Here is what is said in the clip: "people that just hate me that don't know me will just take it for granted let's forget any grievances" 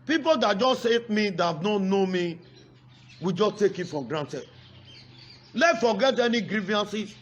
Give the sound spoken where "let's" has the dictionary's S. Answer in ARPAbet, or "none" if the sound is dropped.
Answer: none